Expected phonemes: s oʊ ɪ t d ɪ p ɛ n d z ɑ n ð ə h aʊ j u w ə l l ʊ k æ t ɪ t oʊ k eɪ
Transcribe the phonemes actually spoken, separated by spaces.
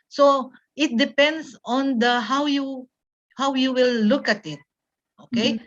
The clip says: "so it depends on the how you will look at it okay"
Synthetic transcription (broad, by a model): s oʊ ɪ t d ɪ p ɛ n d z ɑ n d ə h aʊ j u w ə w l ʊ k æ t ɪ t oʊ k eɪ